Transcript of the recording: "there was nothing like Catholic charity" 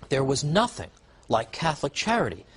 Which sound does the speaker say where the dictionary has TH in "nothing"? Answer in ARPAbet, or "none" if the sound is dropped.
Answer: TH